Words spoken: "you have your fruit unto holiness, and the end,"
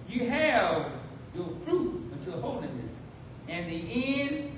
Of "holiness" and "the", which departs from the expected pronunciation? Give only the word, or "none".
holiness